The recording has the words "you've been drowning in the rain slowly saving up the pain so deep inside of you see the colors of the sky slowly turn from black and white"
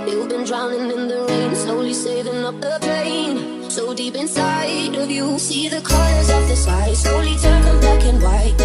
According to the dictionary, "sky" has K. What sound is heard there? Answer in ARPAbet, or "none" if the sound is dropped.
none